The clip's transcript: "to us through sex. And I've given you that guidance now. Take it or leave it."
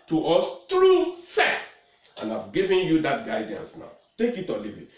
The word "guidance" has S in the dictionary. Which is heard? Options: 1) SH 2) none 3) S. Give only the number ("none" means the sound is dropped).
3